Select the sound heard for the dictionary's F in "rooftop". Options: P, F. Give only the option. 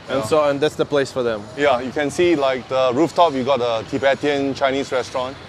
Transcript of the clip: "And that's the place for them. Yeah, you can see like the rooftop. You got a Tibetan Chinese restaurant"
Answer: F